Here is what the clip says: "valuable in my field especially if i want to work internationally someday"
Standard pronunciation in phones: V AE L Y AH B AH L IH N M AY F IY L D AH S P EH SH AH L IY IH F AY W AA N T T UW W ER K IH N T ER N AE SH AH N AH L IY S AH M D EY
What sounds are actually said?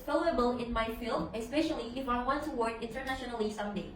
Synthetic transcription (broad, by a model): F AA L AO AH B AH L IH N M AY F IY L D AH S P EH SH AH L IY IH F AY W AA N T T UW W ER K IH N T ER N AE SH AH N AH L IY S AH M D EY